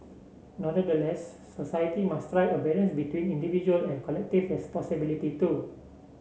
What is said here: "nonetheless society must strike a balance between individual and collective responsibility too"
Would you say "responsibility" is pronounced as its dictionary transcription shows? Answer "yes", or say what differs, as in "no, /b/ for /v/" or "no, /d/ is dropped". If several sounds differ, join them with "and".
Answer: no, /n/ is dropped